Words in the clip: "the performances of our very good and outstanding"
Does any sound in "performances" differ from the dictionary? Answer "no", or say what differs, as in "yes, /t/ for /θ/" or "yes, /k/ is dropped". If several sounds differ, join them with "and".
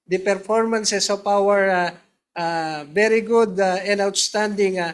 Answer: yes, /s/ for /z/